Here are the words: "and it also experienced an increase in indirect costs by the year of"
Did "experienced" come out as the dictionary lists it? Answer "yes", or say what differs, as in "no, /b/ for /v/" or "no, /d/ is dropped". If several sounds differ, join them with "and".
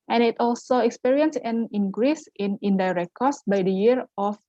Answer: no, /t/ is dropped